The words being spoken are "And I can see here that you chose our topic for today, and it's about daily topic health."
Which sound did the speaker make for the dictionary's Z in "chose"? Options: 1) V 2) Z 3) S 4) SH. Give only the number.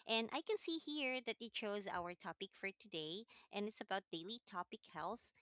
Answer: 2